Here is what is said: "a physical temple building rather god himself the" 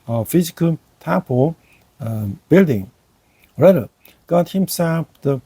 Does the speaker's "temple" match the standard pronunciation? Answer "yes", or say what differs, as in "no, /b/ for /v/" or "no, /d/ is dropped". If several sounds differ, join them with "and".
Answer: no, /m/ is dropped